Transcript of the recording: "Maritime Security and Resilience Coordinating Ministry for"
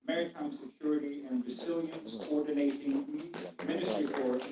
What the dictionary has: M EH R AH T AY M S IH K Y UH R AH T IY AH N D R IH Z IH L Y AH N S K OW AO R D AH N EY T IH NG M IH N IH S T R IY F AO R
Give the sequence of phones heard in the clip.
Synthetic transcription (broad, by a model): M EH R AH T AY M S IH K Y UH R AH T IY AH N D R IH Z IH L Y AH N S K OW AO R D N EY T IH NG M IH N IH S T R IY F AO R